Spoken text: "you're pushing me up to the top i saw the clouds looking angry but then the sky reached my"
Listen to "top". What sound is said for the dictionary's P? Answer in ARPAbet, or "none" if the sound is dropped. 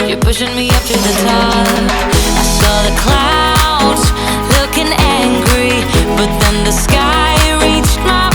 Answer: none